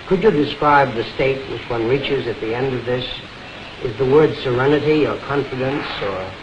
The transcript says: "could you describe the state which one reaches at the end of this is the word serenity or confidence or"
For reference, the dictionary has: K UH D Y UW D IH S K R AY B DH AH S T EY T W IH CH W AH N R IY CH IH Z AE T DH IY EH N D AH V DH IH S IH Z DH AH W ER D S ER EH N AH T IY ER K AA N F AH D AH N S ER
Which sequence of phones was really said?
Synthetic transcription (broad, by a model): K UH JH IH D IH S K R AY B DH AH S T EY T W IH CH W AH N R IY CH IH Z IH T DH IY EH N D AH V DH IH S IH Z DH AH W ER D S ER EH N AH T IY ER K AA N F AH D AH N S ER